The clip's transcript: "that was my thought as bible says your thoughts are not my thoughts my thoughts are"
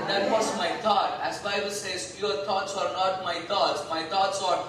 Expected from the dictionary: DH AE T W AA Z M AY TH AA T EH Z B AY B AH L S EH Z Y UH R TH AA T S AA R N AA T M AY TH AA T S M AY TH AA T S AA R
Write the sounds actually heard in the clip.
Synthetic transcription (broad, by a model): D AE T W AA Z M AY T AA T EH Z B AY B AH L S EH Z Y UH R T AA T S AA R N AA T M AY T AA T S M AY T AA T S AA R